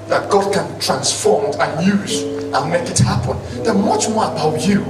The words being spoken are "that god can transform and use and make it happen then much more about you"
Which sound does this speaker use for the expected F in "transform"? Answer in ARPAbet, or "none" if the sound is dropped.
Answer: F